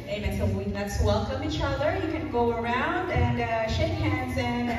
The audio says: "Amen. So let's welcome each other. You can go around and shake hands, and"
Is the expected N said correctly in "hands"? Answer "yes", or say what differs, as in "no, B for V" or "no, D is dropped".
yes